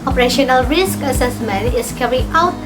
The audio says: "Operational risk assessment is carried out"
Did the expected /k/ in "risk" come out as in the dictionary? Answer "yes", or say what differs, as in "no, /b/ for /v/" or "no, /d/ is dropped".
yes